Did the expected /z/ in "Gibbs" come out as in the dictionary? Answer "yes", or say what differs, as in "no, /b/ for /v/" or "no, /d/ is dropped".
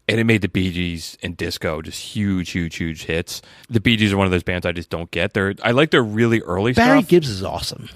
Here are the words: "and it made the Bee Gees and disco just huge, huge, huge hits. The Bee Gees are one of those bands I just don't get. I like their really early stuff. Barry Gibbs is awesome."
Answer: yes